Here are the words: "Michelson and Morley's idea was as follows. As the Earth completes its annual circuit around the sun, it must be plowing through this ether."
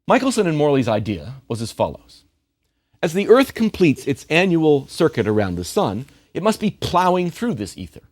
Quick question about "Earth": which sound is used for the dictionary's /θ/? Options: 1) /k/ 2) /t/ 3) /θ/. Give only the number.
3